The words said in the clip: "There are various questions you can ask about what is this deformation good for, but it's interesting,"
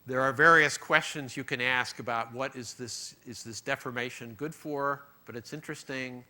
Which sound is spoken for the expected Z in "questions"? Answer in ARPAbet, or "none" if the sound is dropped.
Z